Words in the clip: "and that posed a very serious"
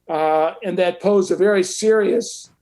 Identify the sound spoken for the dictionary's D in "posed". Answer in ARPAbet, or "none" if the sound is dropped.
none